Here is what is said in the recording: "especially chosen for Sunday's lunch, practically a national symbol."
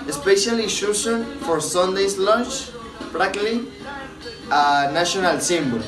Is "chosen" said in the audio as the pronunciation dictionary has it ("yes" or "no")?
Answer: no